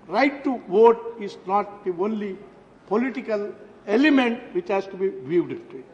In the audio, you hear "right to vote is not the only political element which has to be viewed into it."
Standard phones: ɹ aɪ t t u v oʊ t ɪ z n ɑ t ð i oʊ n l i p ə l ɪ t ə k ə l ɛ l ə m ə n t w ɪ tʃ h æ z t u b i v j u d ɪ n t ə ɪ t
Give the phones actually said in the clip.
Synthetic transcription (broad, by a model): ɹ aɪ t t u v oʊ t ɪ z n ɑ t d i oʊ n l i p ə l ɪ t ə k ə l ɛ l ə m ə n t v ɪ tʃ h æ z t u b i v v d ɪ t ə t